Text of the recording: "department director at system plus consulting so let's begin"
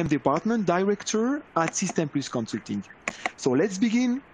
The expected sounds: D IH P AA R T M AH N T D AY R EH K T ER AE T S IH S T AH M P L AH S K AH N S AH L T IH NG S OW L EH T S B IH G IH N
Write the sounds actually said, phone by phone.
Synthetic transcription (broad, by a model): D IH P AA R T M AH N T D AY R EH K T ER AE T S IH S T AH M P L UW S K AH N S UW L T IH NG S OW L EH T S B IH G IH N